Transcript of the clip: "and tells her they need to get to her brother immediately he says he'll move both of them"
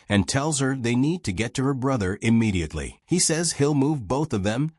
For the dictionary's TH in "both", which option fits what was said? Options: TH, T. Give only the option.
TH